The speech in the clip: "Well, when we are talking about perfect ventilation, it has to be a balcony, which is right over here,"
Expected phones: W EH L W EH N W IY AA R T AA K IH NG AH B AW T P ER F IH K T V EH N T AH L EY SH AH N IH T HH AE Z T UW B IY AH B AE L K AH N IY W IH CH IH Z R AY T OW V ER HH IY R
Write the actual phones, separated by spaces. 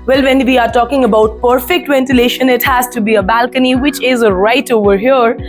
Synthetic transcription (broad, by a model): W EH L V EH N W IY AA R T AA K IH NG AH B AW T P ER F IH K T V EH N T AH L EY SH AH N IH T HH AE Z T UW B IY AH B AE L K AH N IY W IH CH IH Z R AY T OW V ER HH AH R